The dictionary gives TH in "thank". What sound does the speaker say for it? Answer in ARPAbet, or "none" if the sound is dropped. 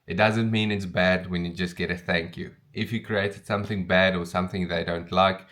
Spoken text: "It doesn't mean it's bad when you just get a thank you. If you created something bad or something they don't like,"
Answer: TH